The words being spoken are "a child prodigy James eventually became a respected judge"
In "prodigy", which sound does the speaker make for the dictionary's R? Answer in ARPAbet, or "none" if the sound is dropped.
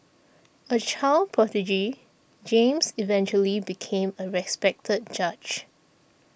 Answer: none